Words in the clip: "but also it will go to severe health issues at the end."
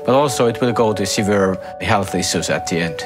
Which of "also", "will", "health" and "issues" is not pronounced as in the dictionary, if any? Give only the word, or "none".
issues